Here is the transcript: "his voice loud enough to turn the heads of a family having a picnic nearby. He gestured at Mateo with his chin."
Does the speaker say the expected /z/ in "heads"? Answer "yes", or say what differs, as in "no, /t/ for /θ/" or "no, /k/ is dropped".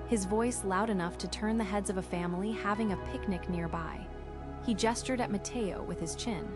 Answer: yes